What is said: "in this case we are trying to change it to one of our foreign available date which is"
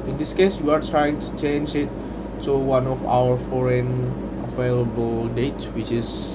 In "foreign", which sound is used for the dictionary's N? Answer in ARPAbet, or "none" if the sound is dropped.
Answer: N